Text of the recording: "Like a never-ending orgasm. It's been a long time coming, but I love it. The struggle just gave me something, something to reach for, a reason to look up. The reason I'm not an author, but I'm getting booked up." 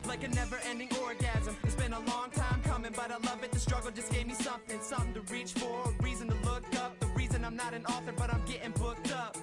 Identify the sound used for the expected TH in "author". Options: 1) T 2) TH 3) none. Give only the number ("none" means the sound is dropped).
2